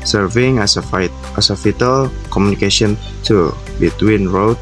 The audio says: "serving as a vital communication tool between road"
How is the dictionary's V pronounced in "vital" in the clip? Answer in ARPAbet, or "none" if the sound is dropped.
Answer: F